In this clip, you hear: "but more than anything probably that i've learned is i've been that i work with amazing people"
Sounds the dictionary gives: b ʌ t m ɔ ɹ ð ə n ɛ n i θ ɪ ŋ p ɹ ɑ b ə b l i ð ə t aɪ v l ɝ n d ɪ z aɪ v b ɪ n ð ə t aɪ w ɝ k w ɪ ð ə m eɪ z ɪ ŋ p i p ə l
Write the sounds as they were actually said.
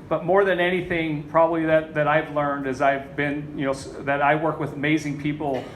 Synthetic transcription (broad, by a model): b ʌ t m ɔ ɹ ð ə n ɛ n i θ ɪ ŋ p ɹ ɑ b ə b l i ð ə t aɪ v l ɝ n d ɪ z aɪ v b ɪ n ð ə t aɪ w ɝ k w ɪ ð ə m eɪ z ɪ ŋ p i p l